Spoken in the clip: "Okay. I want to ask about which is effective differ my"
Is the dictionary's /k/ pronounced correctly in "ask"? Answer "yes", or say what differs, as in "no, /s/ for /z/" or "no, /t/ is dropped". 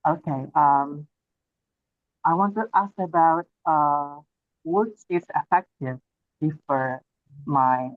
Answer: yes